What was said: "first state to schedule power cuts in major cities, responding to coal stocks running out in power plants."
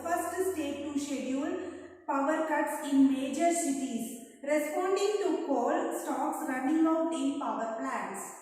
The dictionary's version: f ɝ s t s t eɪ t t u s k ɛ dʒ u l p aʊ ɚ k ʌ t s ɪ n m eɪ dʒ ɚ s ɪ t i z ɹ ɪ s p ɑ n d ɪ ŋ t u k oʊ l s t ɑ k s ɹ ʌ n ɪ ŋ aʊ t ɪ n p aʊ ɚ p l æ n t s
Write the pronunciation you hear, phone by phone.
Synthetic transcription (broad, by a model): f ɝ s t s t eɪ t t u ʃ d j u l p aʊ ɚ k ʌ t s ɪ n m eɪ dʒ ɚ s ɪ t i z ɹ ɪ s p ɑ n d ɪ ŋ t u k oʊ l s t ɑ k s ɹ ʌ n ɪ ŋ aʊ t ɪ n p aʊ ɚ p l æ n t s